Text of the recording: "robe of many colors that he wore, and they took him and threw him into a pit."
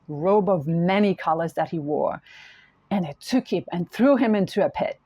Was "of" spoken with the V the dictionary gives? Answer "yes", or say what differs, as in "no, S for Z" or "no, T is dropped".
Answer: yes